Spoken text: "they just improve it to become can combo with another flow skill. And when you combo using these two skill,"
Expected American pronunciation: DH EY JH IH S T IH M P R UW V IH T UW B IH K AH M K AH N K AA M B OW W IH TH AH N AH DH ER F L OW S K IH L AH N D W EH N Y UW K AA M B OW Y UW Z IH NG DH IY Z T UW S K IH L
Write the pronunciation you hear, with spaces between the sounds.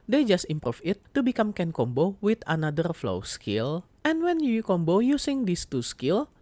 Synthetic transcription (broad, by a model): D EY JH IH S T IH M P R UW F IH T UW B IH K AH M K AH N K AA M B OW W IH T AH N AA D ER F L OW S K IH L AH N W EH N Y UW K AA M B OW Y UW S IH NG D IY S T UW S K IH L